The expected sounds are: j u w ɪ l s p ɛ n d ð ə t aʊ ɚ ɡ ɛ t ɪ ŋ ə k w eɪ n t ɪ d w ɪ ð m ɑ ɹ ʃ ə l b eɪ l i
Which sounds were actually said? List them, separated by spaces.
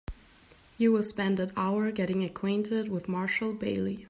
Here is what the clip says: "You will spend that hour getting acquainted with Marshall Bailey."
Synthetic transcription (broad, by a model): j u w ɪ l s p ɛ n d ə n aʊ ɚ ɡ ɛ t ɪ ŋ ə k w eɪ n t ɪ d w ɪ ð m ɑ ɹ ʃ l b eɪ l i